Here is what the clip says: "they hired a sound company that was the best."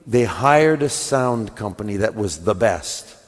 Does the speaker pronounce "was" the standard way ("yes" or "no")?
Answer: yes